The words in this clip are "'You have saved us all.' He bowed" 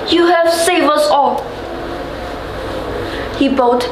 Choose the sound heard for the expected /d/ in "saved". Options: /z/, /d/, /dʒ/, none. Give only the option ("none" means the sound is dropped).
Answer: none